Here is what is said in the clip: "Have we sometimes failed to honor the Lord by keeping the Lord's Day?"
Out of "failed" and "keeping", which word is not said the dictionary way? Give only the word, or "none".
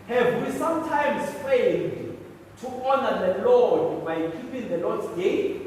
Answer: failed